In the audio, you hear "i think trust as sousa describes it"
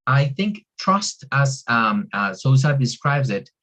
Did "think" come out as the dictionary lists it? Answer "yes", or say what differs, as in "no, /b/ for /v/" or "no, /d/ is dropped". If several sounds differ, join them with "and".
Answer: yes